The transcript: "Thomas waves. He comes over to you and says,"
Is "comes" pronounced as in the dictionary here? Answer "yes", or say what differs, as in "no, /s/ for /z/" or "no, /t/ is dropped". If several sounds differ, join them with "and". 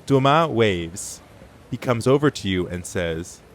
yes